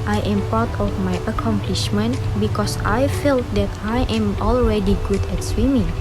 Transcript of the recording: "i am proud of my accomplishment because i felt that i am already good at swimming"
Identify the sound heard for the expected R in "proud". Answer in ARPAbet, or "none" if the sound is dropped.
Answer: none